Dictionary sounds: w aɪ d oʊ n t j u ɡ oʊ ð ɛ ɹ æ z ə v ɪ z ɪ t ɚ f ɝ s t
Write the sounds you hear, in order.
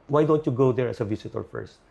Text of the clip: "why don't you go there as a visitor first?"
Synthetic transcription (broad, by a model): w aɪ d oʊ n t j u ɡ oʊ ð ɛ ɹ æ s ə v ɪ s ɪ t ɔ f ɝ s t